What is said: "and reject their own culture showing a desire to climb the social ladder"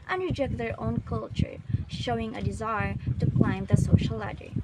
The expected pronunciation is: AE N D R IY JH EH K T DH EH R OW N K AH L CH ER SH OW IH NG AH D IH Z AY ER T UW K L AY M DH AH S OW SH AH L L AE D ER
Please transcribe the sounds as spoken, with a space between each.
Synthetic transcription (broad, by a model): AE N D R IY JH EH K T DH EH R OW N K AH L CH ER SH OW IH NG AH D IH Z AY ER T UW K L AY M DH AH S OW SH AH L L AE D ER